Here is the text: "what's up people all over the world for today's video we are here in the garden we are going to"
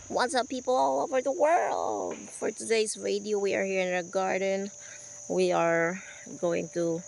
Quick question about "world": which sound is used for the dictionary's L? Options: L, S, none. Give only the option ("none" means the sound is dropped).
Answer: L